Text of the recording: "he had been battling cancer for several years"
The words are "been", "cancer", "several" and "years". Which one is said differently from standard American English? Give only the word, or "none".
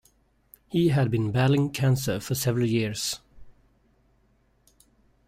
years